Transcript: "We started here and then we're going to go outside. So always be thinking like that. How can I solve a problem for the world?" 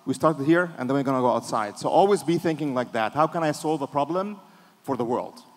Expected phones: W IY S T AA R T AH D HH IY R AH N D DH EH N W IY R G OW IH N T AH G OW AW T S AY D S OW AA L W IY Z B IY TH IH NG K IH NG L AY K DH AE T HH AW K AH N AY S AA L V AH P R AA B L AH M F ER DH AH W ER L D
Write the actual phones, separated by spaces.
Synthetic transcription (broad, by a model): W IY S T AA R T AH D HH IY R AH N DH EH N W IY R G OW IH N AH G OW AW T S AY D S OW AA L W IY Z B IY TH IH NG K IH NG L AY K DH AE T HH AW K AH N AY S AA L V AH P R AA B L AH M F ER DH AH W ER L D